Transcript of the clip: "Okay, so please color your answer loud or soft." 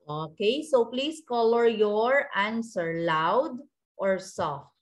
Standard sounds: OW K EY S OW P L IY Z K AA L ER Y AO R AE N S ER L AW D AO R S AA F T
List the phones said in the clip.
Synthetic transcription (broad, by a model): OW K EY S OW P L IY S K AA L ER Y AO R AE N S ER L AW D AO R S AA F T